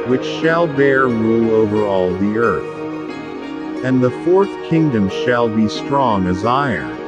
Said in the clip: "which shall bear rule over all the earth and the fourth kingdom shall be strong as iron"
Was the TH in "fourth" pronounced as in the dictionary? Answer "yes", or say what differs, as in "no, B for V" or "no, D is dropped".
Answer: yes